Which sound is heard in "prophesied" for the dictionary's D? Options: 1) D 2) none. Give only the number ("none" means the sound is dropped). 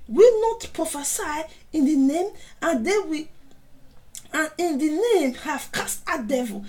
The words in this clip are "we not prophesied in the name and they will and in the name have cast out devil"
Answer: 2